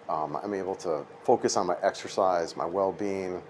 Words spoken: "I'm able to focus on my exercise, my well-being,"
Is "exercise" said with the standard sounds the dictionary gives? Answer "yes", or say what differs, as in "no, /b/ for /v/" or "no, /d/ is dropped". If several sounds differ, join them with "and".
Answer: yes